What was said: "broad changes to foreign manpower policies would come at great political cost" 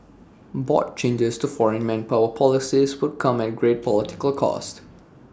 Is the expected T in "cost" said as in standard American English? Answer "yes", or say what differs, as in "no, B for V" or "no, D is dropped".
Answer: yes